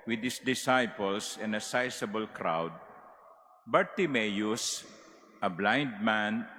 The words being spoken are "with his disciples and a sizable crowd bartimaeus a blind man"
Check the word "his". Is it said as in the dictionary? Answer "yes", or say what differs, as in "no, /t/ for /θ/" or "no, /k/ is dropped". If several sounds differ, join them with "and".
no, /s/ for /z/